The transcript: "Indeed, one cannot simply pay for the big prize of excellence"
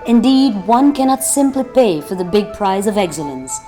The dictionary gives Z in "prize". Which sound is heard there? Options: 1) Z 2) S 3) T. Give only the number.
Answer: 1